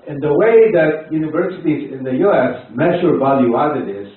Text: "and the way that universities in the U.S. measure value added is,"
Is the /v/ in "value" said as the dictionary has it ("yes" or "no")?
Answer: yes